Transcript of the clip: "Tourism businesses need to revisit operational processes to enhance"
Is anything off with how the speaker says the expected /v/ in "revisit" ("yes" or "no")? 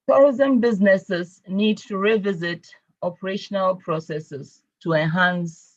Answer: no